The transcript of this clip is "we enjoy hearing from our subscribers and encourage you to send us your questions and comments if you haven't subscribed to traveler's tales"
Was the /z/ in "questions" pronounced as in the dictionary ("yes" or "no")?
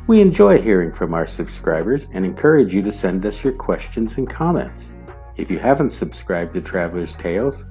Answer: yes